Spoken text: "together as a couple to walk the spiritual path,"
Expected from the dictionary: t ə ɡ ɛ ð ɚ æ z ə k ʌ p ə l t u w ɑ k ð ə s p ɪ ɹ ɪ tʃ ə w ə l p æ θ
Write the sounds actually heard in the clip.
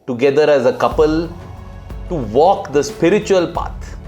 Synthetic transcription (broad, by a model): t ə ɡ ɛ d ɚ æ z ə k ʌ p ə l t u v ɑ k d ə s p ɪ ɹ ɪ tʃ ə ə l p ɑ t